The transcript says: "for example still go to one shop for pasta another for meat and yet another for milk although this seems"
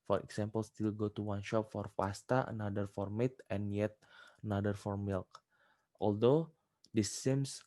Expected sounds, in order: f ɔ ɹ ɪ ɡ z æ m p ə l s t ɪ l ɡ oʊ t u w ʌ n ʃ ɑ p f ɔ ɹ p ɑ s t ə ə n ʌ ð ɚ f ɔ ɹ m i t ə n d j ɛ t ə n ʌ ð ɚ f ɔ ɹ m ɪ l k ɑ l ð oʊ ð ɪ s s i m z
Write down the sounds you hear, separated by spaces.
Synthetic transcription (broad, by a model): f ɔ ɹ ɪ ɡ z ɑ m p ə l s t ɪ l ɡ oʊ t u w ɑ n ʃ ɑ p f ɔ ɹ f ɑ s t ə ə n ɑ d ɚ f ɔ ɹ m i t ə n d j ɛ t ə n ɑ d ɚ f ɔ ɹ m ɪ l k ɑ l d oʊ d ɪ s s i m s